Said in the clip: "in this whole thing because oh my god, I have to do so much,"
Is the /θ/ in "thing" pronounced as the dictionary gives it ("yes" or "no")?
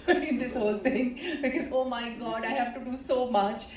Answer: no